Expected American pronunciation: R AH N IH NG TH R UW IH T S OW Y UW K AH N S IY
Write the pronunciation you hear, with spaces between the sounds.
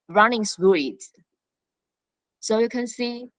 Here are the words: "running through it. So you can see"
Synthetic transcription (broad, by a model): R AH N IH NG S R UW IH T S OW Y UW K AH N S IY